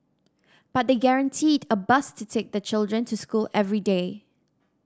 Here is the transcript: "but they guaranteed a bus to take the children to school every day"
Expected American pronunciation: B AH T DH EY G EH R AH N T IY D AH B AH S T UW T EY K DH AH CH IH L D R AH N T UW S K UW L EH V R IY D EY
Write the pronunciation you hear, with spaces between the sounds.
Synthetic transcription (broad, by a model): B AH T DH EY G EH R AH N T IY D AH B AH S T UW T EY K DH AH CH IH L D R AH N T UW S K UW L EH V R IY D EY